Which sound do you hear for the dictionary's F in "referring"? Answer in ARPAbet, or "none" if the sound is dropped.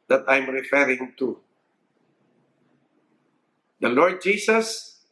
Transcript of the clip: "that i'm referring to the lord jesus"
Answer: F